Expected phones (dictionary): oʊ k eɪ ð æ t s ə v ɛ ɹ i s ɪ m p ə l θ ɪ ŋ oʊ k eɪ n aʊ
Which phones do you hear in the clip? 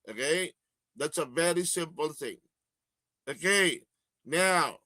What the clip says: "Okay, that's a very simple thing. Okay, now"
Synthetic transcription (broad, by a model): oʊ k eɪ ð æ t s ə v ɛ ɹ i s ɪ m p ə l θ ɪ ŋ oʊ k eɪ n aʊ